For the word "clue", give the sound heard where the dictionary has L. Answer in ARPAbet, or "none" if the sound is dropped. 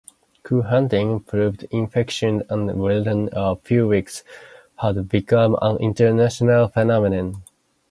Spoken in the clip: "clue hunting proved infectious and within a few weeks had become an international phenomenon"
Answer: none